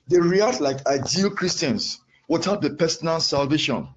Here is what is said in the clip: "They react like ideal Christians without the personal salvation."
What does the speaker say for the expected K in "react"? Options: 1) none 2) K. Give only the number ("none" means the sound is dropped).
1